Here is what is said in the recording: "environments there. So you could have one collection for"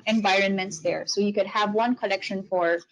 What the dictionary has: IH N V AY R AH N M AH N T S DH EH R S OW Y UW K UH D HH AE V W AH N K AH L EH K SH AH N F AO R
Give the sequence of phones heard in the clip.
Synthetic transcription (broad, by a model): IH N V AY R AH N M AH N T S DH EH R S OW Y UW K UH D HH AE V W AH N K AH L EH K SH AH N F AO R